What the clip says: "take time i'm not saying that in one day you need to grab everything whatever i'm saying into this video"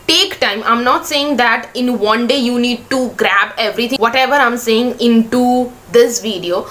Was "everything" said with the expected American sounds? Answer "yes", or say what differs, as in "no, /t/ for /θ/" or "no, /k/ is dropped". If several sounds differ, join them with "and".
no, /t/ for /θ/